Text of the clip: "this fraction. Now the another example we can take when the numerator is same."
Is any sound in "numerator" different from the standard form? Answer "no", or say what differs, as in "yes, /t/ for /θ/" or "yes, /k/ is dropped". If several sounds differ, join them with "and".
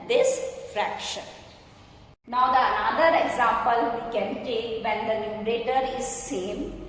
yes, /l/ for /n/